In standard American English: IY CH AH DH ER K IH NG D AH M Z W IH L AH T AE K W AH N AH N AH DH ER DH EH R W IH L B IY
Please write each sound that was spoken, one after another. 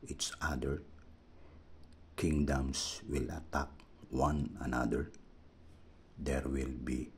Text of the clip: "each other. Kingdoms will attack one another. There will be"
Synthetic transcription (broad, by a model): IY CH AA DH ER K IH NG D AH M S W IH L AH T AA K W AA N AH N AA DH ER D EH R W IH L B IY